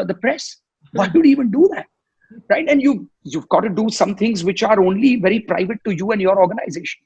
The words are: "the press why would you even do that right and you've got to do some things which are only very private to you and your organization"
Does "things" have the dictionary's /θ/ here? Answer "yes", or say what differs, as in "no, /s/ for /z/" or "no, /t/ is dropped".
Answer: no, /t/ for /θ/